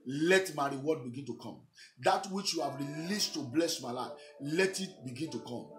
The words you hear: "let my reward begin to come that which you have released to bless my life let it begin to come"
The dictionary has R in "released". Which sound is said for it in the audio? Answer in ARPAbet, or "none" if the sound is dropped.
R